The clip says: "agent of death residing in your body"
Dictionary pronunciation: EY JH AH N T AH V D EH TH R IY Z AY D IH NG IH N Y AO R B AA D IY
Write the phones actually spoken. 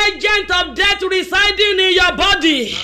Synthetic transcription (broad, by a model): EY JH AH N T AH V D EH T R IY S AY D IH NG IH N Y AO B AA D IY